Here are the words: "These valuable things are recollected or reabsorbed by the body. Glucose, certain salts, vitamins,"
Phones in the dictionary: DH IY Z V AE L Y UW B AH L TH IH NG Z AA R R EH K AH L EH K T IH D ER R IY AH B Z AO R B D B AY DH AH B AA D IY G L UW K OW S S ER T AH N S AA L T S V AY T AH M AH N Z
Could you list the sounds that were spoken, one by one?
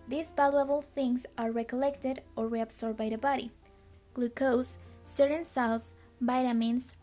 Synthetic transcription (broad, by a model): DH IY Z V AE L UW AH L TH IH NG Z AA R R EH K AH L EH K T IH D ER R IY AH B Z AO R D B AY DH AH B AA D IY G L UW K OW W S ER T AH N S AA L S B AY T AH M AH N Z